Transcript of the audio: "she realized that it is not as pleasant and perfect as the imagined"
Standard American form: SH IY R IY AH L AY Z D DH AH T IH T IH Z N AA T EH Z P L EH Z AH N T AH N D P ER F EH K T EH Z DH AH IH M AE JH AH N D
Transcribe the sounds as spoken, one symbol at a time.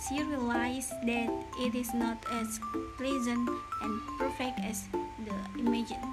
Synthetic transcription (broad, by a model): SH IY R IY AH L AY S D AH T IH T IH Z N AA T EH S P L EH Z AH N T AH N P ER F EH K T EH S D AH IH M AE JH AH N